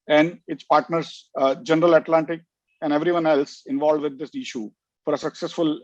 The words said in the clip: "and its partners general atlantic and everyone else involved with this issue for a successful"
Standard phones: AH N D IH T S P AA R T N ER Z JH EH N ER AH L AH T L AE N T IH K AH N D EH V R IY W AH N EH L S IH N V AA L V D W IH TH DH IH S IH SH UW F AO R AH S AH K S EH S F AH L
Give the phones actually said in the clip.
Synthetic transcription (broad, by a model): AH N D IH T S P AA R T N ER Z JH EH N ER AH L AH T L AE N T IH K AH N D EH V R IY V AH N EH L S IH N V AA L D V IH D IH S IH SH UW F AO R AH S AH K S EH S F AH L